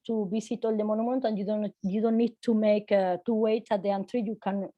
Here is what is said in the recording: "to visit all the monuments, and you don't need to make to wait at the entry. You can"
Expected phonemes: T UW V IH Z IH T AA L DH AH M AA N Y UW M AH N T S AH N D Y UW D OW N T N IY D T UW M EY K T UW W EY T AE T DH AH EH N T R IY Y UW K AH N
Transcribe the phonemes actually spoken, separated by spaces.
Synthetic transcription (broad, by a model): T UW B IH S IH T AA L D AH M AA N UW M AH N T AH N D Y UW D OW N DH N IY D T UW M EY K T UW W EY T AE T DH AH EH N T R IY Y UW K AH N